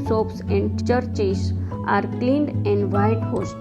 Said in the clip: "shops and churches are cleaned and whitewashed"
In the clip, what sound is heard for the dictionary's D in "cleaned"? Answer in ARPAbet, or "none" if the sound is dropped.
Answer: D